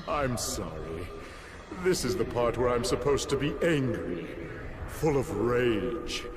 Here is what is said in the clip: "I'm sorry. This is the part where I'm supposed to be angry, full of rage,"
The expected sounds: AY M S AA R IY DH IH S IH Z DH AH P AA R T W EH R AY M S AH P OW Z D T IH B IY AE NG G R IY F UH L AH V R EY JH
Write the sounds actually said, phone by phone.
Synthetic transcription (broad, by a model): AY M S AA R IY DH IH S IH Z DH AH P AA R T W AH R AY M S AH P OW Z T IH B IY AE NG G R IY F UH L AH V R EY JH